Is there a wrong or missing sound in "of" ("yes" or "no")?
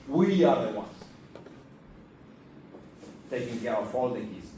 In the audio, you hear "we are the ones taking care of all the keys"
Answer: yes